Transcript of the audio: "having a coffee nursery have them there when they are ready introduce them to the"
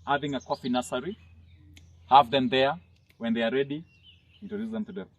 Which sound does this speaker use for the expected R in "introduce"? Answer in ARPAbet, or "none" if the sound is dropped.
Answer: none